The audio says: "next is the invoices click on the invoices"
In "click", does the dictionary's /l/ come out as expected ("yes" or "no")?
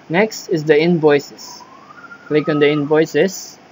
yes